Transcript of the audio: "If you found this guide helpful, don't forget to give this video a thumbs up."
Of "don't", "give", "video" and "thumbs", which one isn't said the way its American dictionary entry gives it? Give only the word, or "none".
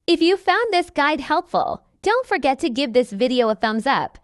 none